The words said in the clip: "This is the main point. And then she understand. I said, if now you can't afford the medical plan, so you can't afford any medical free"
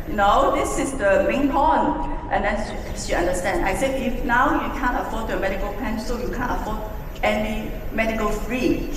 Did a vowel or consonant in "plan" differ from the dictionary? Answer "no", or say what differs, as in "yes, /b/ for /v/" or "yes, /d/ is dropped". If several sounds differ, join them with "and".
yes, /l/ is dropped